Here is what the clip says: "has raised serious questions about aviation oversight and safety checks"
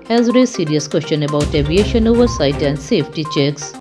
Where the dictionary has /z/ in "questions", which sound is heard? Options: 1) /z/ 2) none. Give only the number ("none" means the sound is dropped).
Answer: 2